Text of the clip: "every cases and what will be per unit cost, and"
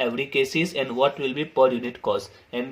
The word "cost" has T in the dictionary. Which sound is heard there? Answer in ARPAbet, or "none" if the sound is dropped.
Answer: none